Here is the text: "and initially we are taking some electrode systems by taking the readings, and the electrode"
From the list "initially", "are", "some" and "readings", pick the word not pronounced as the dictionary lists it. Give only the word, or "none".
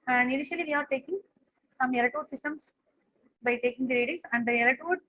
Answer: readings